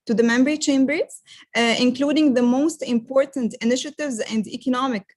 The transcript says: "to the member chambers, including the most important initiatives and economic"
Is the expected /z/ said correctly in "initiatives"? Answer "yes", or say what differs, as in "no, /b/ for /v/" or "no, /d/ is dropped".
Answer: yes